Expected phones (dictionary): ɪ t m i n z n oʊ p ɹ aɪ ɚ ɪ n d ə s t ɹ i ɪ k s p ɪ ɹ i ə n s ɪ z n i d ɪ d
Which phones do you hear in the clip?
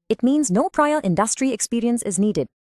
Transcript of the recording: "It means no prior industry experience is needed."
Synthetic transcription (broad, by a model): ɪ t m i n z n oʊ p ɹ aɪ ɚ ɪ n d ə s t ɹ i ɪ k s p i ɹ i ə n s ɪ z n i d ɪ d